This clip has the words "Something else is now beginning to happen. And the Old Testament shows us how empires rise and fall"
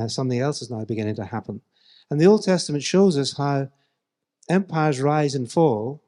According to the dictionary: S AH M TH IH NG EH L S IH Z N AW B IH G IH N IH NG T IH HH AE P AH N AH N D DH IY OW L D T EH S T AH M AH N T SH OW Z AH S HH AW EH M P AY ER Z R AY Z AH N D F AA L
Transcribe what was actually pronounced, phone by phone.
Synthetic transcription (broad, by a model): S AH M TH IH NG EH L S IH Z N AW B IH G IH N IH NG T IH HH AE P AH N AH N DH IY OW L D T EH S T AH M AH N T SH OW Z AH S HH AW EH M P AY ER Z R AY Z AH N F AA L